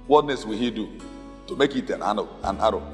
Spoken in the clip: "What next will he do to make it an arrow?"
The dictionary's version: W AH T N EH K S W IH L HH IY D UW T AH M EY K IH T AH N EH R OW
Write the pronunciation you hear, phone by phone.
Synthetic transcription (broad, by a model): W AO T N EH S W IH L HH IY D UW T AH M EY K IH T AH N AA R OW